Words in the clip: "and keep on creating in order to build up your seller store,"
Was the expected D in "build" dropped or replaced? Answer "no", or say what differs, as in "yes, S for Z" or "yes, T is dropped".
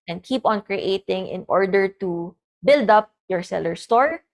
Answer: no